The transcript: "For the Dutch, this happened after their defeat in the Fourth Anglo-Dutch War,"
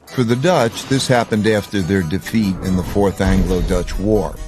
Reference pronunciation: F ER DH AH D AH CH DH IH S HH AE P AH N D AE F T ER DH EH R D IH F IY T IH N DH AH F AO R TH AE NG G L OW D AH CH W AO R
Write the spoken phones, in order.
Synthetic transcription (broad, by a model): F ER DH AH D AH CH DH IH S HH AE P AH N D AE F T ER DH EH R D IH F IY T IH N DH AH F AO R TH AE NG G L OW D AH CH W AO R